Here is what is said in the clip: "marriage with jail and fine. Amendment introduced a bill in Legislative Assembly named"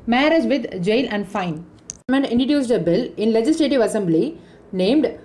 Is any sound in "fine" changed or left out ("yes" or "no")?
yes